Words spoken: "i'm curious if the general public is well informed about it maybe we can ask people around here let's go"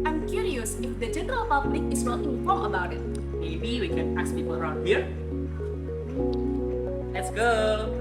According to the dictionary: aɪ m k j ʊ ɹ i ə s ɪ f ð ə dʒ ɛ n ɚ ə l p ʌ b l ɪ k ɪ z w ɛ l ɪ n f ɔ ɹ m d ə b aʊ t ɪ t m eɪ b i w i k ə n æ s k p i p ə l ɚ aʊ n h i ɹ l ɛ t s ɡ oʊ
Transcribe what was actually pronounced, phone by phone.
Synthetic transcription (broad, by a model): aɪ m k j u ɹ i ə s ɪ f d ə dʒ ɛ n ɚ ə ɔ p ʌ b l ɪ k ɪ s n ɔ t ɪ f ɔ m ə b aʊ t ɪ t m eɪ b i w i k ə n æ s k p i p ə l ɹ aʊ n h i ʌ l ɛ t s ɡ oʊ